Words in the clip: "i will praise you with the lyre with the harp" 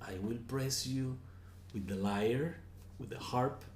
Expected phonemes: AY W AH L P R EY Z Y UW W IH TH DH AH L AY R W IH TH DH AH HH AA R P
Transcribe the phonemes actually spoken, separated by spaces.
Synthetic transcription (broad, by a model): AY W AH L P R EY S Y UW W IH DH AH L AY R W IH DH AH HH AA R P